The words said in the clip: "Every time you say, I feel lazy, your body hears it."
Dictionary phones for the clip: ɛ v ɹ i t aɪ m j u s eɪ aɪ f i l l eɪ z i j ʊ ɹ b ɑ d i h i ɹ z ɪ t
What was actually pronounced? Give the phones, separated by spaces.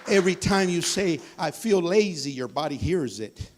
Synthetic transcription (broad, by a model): ɛ v ɹ i t aɪ m j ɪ s eɪ aɪ f i l l eɪ z i j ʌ ɹ b ɑ d i h i ɹ z ɪ t